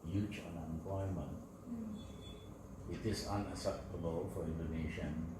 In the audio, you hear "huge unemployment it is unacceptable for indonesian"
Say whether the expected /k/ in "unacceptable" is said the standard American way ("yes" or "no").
no